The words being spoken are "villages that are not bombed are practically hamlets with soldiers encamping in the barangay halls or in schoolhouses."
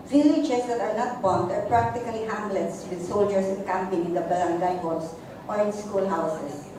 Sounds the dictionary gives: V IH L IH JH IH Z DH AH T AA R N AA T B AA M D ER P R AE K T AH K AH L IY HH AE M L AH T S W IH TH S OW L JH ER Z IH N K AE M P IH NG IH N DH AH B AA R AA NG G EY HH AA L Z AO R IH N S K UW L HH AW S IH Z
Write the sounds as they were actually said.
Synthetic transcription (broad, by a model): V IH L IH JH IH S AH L AA R N AA T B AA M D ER P R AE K T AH K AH L IY HH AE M L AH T S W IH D S OW L JH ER S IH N K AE M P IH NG IH N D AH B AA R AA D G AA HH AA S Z AO R IH N S K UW L HH AW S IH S